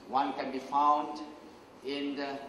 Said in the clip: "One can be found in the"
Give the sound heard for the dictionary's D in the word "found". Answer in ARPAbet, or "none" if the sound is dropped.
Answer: D